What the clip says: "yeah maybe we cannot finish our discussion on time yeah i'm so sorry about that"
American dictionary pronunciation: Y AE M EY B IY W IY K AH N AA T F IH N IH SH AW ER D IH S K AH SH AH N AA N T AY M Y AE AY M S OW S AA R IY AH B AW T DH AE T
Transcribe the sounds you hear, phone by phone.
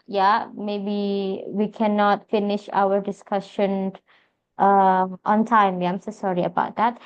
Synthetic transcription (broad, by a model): Y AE M EY B IY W IY K AH N AA T F IH N IH SH AW ER D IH S K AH SH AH N AA N T AY M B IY AY M S OW S AA R IY AH B AW T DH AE T